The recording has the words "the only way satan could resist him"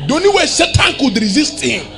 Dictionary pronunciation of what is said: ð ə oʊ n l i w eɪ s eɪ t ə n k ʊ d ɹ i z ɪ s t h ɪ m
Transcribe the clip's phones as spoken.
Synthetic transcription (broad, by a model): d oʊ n i w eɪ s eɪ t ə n k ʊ d ɹ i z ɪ s t h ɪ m